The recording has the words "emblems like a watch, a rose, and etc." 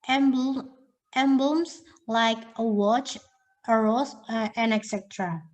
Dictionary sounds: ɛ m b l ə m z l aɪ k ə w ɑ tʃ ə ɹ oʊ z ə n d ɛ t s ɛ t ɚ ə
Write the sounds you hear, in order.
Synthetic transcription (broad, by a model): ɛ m b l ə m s l aɪ k ə w ɑ tʃ ə ɹ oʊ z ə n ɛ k s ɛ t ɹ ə